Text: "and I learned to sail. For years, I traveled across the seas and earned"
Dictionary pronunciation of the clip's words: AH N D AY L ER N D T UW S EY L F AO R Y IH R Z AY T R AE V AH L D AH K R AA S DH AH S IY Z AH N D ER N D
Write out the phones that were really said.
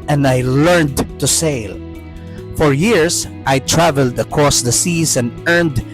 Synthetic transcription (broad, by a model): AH N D AY L ER N D T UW S EY L F AO R Y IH R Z AY T R AE V AH L D AH K R AA S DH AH S IY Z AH N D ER N D